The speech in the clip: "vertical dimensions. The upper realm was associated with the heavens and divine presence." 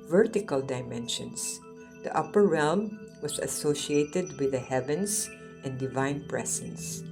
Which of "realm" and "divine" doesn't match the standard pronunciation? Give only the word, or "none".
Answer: none